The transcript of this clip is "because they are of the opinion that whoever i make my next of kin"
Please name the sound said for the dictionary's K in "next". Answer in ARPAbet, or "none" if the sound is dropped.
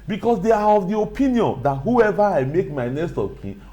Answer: none